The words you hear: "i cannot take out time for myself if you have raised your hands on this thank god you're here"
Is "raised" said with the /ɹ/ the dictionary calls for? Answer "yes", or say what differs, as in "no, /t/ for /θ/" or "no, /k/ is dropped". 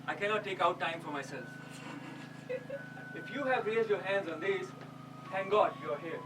no, /l/ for /ɹ/